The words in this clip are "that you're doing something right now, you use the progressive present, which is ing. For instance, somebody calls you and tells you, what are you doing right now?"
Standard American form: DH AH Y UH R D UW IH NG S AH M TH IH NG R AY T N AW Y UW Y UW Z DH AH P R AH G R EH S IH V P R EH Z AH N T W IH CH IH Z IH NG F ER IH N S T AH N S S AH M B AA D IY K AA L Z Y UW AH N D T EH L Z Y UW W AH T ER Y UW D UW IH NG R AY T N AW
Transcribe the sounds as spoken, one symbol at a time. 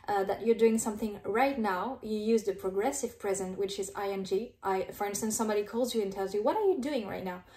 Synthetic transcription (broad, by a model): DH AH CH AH R D UW IH NG S AH M TH IH NG R AY T N AW Y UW Y UW Z DH AH P R AH G R EH S IH V P R EH Z AH N T W IH CH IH Z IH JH F ER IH N S T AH N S S AH M B AA D IY K AA L Z Y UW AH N T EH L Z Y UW W AH T ER Y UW D UW IH NG R AY T N AW